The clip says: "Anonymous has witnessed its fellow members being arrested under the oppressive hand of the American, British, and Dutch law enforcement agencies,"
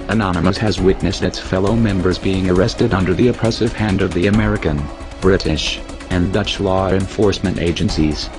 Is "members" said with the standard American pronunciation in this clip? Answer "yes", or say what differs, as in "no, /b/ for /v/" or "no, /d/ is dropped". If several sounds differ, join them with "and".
yes